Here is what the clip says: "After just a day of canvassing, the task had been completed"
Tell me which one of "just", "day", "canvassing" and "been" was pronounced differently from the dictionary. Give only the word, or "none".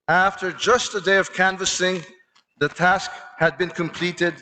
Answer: none